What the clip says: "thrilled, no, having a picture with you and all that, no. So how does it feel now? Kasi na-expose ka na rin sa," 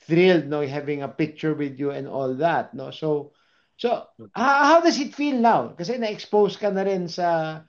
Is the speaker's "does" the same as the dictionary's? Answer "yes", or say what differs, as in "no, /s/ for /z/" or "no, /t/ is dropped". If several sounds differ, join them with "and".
no, /s/ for /z/